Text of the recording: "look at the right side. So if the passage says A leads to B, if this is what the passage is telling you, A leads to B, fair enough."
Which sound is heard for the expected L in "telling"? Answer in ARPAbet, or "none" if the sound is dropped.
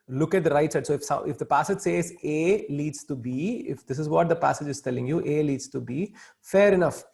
L